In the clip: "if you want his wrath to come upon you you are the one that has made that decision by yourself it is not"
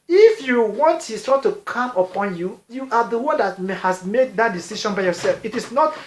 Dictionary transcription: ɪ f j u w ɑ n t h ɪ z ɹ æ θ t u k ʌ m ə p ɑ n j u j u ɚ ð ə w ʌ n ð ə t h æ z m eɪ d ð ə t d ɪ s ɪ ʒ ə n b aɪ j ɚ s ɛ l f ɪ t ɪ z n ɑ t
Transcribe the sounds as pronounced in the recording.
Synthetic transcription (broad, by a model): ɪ f j u w ɑ n t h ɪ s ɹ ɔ t u k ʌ m ə p ɑ n j u j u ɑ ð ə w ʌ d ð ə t h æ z m eɪ d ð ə t d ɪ s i ʃ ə n b aɪ j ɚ s ɛ l f ɪ t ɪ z n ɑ t